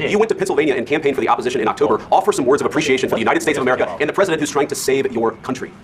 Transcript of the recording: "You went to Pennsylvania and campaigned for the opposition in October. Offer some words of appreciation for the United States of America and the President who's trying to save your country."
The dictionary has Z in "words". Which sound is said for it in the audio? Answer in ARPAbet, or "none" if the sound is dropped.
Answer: Z